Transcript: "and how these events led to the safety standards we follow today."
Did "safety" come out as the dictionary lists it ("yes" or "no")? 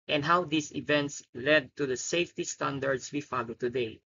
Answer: yes